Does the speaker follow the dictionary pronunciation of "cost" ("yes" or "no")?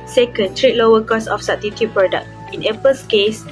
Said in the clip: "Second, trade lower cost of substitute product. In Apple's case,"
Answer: no